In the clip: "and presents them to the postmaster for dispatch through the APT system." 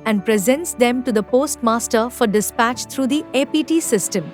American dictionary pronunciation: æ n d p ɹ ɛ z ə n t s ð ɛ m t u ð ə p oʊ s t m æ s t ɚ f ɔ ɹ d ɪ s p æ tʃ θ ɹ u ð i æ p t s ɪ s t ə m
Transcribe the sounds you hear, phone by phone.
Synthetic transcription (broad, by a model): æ n d p ɹ ɛ z ə n t s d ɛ m t u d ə p oʊ s t m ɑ s t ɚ f ɔ ɹ d ɪ s p æ tʃ t ɹ u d i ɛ p t s ɪ s t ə m